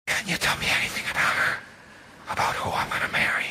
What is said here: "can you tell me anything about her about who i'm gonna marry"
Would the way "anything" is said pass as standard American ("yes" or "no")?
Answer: yes